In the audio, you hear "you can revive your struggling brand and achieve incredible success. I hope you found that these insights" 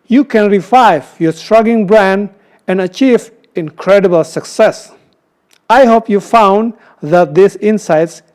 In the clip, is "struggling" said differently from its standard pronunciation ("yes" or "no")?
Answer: yes